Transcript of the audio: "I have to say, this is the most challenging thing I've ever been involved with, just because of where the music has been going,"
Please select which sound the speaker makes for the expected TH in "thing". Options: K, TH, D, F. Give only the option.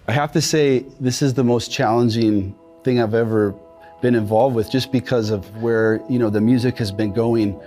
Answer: TH